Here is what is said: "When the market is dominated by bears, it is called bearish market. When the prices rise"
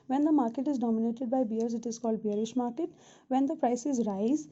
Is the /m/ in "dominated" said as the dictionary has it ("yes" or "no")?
yes